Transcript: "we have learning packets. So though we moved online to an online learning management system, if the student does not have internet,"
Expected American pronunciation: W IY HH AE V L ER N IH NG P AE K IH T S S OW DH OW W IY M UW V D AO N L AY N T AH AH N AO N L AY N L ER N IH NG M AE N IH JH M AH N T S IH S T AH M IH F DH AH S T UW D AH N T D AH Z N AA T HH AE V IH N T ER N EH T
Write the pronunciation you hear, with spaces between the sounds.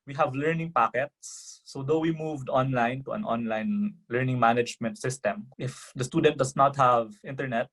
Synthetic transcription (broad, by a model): W IY HH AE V L ER N IH NG P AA K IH T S S OW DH OW W IY M UW V D AO N L AY N T AH AH N AO N L AY N L ER N IH NG M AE N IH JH M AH N T S IH S T AH M IH F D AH S T UW D AH N T D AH S N AA T HH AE V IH N T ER N EH T